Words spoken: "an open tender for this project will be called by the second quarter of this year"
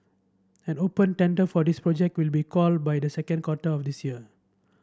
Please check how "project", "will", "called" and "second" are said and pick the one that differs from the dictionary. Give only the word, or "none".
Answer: none